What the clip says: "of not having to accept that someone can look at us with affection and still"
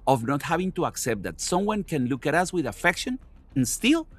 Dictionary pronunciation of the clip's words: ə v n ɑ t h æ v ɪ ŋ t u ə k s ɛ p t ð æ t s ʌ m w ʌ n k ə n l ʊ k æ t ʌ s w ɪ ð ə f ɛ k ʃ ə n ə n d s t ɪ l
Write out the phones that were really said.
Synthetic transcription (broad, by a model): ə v n ɑ t h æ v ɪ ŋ t u ə k s ɛ p t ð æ t s ʌ m w ʌ n k ə n l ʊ k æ t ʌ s w ɪ ð ə f ɛ k ʃ ə n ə n s t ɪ l